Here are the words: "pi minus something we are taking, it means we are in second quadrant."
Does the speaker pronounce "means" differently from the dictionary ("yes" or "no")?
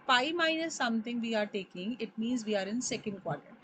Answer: no